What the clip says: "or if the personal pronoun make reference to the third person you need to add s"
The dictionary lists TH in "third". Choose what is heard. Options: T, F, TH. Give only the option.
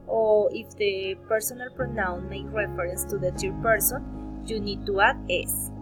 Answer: T